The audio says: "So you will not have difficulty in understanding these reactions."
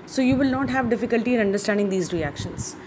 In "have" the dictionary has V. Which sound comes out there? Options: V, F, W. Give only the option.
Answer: V